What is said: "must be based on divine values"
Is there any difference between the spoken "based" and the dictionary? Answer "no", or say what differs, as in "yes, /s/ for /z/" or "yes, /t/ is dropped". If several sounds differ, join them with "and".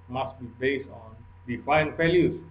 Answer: yes, /t/ is dropped